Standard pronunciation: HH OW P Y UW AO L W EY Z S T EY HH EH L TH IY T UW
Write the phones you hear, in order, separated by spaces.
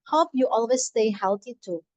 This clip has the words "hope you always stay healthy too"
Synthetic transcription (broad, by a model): HH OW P Y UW AO L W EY S T EY HH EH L T IY T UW